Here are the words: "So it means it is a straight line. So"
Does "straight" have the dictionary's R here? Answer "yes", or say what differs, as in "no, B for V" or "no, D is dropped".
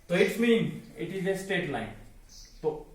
no, R is dropped